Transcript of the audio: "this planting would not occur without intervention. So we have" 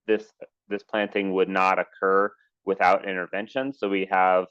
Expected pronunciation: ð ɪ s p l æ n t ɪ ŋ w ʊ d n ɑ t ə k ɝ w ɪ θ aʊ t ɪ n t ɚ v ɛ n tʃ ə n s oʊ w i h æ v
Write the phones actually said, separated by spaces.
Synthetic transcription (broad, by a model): ð ɪ s p l æ n t ɪ ŋ w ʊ d n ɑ t ə k ɝ w ɪ θ aʊ t ɪ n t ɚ v ɛ n ʃ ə n s oʊ w i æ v